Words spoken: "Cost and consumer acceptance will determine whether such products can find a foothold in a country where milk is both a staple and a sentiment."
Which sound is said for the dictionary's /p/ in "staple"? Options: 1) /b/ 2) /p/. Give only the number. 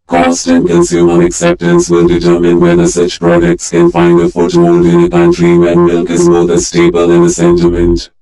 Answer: 1